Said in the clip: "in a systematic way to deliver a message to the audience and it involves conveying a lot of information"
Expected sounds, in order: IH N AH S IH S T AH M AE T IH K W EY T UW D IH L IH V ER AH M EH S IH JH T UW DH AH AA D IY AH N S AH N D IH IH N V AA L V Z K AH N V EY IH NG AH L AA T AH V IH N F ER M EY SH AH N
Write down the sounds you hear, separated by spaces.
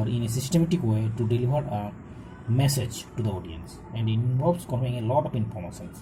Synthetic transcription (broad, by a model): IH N AH S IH S T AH M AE T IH K W EY T UW D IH L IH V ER AH M EH S IH JH T UW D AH AA D IY AH N S AH N D IH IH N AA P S K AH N P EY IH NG AH L AA T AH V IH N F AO M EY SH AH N